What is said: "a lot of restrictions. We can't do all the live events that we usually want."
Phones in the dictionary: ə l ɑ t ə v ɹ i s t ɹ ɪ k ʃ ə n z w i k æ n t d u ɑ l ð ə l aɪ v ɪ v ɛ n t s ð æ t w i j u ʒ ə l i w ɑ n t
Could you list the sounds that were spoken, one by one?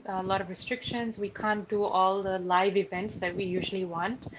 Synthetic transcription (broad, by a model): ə l ɑ t ə v ɹ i s t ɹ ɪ k ʃ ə n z w i k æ n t d u ɑ l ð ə l aɪ v ɪ v ɛ n t s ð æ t w i j u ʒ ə l i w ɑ n t